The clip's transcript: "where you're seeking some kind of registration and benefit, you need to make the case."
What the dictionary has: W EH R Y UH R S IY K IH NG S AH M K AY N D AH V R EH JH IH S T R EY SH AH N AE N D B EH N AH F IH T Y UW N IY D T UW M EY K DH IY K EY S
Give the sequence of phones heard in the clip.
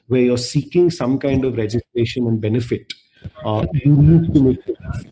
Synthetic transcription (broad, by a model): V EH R Y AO R S IY K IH NG S AH M K AY N D AH V R EH JH IH S T R EY SH AH N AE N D B EH N AH F IH T Y UW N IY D T UW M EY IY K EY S